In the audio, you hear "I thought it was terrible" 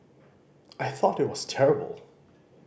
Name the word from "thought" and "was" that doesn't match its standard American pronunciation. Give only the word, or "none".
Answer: none